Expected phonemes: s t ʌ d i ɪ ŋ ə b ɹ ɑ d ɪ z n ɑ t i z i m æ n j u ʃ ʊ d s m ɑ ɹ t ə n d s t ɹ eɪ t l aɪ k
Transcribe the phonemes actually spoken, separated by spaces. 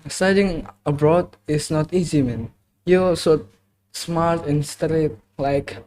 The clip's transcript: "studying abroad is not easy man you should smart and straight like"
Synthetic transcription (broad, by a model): s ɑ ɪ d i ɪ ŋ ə b ɹ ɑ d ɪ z n ɑ t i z i m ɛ n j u s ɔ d s m ɑ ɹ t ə n s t ɹ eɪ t l aɪ k